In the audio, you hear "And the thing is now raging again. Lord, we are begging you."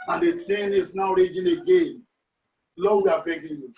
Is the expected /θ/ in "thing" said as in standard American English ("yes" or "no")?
no